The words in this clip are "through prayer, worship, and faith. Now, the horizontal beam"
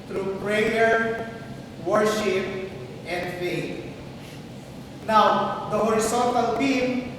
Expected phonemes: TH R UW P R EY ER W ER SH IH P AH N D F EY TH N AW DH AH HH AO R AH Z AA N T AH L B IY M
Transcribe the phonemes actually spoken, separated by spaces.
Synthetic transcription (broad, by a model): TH R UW P R EY ER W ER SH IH P AH N D F EY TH N AW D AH HH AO R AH S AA N T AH L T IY M